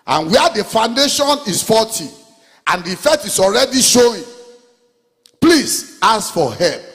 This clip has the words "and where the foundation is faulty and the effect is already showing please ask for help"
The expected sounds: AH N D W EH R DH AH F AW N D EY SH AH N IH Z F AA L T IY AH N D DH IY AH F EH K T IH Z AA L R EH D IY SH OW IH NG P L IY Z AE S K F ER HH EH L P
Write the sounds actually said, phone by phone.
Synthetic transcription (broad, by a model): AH N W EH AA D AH F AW N D EY SH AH N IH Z F AA T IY AH N D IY F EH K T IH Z AA L R EH D IY SH OW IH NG P L IY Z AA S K F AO HH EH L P